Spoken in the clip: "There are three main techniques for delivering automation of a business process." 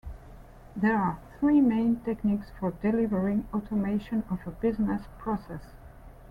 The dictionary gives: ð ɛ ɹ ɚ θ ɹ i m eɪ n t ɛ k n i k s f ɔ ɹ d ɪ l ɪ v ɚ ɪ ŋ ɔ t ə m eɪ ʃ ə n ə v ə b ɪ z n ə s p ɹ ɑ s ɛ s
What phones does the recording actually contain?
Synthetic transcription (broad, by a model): ð ɛ ɹ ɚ θ ɹ i m eɪ n t ɛ k n i k s f ɔ ɹ d ɪ l ɪ v ɚ ɪ ŋ ɔ t ə m eɪ ʃ ə n ə v ə b ɪ z n ə s p ɹ ɑ s ɛ s